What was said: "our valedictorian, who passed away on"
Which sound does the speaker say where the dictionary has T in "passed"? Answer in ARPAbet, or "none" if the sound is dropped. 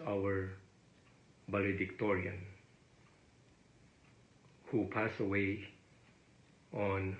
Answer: none